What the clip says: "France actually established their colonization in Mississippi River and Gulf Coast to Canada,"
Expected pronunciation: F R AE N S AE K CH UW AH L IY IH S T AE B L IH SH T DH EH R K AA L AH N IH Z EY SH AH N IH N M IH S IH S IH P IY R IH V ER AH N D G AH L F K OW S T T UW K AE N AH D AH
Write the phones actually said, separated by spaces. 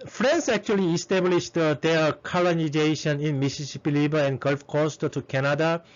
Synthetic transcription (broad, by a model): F R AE N S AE K CH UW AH L IY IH S T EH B L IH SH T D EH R K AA L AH N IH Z EY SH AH N IH N M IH S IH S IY P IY L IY B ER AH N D G AH L F K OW S T T UW K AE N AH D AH